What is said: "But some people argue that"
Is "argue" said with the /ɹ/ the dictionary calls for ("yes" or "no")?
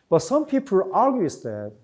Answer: no